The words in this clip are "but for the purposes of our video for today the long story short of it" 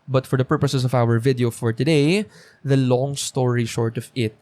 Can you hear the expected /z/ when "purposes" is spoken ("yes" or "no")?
no